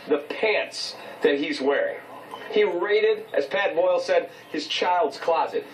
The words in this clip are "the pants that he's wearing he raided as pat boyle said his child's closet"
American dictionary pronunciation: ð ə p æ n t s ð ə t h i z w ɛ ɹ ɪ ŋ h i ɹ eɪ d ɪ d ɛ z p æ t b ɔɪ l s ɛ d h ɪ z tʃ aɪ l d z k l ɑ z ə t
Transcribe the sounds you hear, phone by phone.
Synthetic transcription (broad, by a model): ð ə p æ n t s ð ə t h i z w ɛ ɹ ɪ ŋ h i ɹ eɪ d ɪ d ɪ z p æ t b ɔɪ l s ɛ d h ɪ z tʃ aɪ l d z k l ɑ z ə t